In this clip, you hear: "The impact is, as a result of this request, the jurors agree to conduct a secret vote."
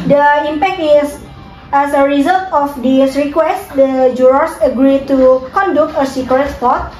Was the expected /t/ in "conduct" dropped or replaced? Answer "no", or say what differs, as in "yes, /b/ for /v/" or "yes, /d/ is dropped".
yes, /t/ is dropped